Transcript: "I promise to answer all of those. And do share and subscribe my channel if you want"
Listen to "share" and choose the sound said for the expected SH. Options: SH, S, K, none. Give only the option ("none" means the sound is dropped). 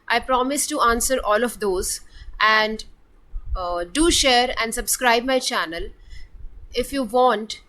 SH